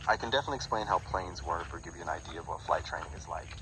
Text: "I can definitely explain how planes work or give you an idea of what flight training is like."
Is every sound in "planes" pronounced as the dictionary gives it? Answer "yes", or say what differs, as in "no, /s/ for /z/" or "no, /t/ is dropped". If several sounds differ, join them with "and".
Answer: yes